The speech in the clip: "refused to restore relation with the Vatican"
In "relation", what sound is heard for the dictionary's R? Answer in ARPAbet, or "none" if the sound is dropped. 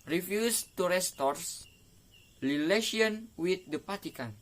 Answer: L